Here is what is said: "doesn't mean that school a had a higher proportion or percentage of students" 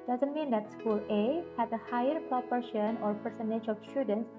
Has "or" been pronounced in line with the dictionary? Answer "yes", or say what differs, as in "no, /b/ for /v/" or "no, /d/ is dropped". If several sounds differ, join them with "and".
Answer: yes